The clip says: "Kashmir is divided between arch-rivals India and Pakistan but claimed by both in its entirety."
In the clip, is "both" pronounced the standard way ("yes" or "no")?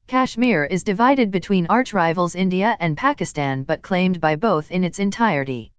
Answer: yes